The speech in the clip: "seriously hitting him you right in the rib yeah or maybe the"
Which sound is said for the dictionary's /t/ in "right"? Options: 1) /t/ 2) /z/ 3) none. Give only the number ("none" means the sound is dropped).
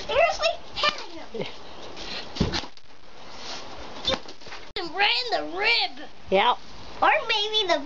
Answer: 3